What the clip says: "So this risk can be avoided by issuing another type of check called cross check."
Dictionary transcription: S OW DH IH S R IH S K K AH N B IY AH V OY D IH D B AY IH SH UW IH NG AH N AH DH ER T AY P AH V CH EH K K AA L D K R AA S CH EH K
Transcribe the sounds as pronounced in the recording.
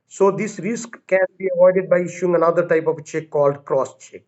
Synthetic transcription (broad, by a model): S OW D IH S R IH S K K AH N B IY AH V OY D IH D B AY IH SH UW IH NG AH N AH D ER T AY P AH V CH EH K K AA L D K R AA S CH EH K